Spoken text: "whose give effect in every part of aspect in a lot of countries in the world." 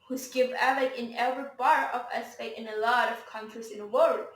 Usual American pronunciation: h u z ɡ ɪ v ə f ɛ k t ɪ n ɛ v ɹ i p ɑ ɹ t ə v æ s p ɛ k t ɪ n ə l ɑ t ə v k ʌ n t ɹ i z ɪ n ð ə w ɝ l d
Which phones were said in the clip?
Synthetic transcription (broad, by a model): h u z ɡ ɪ v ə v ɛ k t ɪ n ɛ v ɹ i b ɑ ɹ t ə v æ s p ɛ t ɪ n ə l ɑ t ə v k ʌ n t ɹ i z ɪ n ð ə w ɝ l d